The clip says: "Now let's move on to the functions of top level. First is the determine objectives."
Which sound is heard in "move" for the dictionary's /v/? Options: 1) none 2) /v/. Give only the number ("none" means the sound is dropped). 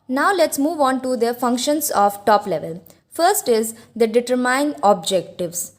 2